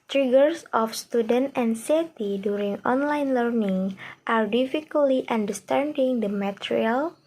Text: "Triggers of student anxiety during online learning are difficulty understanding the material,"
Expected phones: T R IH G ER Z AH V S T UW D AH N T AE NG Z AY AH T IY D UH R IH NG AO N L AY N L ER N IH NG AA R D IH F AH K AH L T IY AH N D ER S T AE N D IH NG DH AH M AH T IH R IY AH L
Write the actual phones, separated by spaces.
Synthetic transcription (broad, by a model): T R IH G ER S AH F S T UW D AH N T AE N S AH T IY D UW R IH NG AO N L AY N L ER N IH NG AA R D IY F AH K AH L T IY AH N D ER S T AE N D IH NG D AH M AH T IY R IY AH L